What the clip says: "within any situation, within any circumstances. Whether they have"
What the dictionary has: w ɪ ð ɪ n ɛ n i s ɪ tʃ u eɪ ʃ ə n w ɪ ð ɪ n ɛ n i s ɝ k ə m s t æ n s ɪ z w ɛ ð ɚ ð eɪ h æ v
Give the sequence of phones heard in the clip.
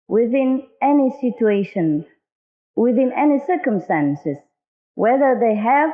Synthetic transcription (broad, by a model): w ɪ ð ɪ n ɛ n i s ɪ tʃ u eɪ ʃ ə n w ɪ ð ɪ n ɛ n i s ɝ k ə m s t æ n s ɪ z w ɛ ð ɚ ð eɪ h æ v